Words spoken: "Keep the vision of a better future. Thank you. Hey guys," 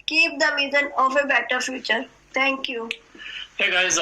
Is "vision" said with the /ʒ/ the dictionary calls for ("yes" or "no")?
no